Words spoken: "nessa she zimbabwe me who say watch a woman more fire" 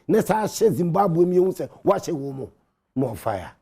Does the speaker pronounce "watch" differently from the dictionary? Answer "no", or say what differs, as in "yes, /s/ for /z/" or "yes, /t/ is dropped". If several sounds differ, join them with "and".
yes, /ʃ/ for /tʃ/